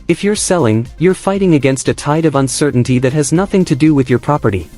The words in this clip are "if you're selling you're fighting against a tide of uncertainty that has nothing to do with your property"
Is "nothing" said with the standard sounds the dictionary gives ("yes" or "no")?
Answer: yes